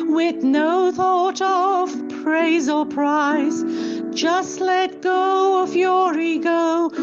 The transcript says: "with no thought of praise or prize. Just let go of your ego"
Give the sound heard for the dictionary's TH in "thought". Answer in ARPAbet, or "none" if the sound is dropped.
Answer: TH